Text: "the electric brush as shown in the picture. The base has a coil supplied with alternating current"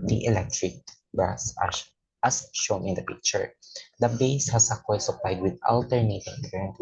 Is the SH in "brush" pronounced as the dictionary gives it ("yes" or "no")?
no